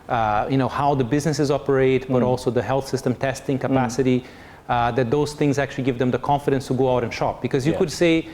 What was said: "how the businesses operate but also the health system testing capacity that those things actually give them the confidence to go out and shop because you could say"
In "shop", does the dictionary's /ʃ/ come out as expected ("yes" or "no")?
yes